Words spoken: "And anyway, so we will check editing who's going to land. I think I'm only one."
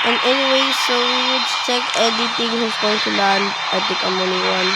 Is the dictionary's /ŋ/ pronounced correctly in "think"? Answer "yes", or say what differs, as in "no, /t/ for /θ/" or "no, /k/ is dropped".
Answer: no, /ŋ/ is dropped